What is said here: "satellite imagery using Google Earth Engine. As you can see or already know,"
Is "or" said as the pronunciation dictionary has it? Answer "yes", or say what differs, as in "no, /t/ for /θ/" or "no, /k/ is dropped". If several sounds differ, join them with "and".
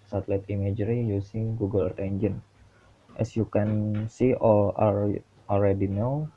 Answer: no, /l/ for /ɹ/